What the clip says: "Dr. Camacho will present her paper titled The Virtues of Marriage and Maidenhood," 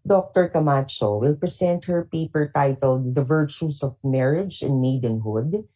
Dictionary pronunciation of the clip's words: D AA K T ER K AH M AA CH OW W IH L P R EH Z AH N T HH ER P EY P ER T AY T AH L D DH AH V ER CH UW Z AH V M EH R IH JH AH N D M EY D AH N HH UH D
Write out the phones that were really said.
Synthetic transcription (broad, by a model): D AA K T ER K AH M AA CH OW W IH L P R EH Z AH N T HH ER P EY P ER T AY T AH L D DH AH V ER CH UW S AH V M EH R IH JH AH N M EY D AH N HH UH D